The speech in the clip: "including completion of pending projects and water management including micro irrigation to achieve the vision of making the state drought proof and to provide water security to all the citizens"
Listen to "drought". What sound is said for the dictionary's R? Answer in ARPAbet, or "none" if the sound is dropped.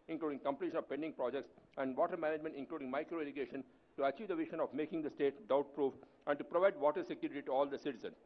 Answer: none